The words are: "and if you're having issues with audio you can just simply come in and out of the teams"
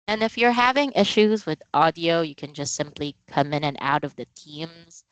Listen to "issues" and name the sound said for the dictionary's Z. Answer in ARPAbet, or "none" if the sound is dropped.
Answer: Z